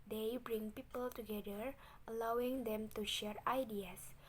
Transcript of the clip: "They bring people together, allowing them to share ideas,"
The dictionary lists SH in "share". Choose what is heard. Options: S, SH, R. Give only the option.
SH